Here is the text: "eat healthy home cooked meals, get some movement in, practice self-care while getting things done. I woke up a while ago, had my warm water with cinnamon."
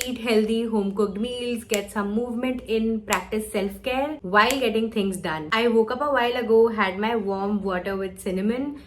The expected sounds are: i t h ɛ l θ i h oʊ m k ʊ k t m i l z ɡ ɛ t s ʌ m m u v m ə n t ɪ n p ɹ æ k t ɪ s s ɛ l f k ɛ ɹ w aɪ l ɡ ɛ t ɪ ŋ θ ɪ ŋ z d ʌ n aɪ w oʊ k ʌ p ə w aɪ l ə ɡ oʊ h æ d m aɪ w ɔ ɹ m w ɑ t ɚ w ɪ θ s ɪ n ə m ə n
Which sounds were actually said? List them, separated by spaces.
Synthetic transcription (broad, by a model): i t h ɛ l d i h oʊ m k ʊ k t m i l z ɡ ɛ t s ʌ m m u v m ə n t ɪ n p ɹ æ k t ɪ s s ɛ l f k ɛ ɹ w aɪ l ɡ ɛ t ɪ ŋ t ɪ ŋ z d ʌ n aɪ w oʊ k ʌ p ə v aɪ l ə ɡ oʊ h æ d m aɪ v ɔ ɹ m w ɑ t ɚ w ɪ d s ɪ n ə m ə n